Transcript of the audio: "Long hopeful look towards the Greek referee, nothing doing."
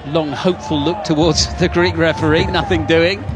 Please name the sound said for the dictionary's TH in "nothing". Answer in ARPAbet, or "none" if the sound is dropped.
TH